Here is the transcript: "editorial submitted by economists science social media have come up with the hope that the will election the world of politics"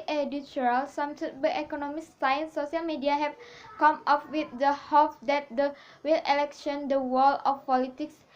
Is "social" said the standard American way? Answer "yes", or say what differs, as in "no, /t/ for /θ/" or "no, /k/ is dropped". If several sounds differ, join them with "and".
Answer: no, /ʃ/ is dropped